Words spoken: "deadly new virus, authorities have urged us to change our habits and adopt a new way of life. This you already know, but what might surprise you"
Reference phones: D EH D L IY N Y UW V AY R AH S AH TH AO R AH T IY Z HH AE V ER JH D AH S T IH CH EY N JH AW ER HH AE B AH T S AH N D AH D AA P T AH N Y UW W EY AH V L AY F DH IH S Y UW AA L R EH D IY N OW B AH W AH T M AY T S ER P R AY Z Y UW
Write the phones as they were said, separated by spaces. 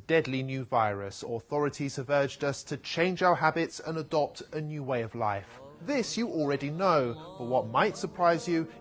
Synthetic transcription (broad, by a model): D EH D L IY N Y UW V AY R AH S AH TH AO R AH T IY Z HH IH V ER JH D AH S T IH CH EY N JH AW ER HH AE B AH T S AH N AH D AA P T AH N Y UW W EY AH V L AY F DH IH S Y AA L R EH D IY N OW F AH W AH T M AY T S ER P R AY Z Y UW